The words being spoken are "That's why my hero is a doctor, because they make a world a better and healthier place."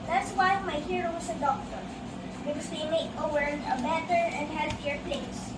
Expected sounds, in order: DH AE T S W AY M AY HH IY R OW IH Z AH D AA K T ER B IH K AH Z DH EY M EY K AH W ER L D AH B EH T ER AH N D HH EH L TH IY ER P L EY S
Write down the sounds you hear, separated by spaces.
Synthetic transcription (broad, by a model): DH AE T S W AY M AY HH IY R OW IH S AH D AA K T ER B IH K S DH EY M EY K AH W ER D AH B EH T ER AH N D HH EH L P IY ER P L EY S